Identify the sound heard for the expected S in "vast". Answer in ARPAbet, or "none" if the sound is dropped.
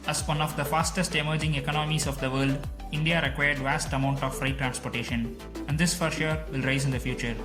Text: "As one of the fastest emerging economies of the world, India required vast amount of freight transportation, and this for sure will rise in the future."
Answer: S